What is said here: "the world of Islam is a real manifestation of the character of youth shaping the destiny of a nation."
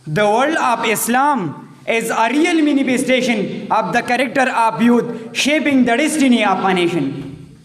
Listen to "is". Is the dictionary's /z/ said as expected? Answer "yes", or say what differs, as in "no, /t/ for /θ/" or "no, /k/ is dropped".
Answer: yes